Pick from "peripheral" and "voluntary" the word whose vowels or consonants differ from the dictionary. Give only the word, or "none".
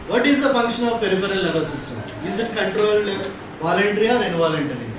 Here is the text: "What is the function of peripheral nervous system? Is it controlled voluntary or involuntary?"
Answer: peripheral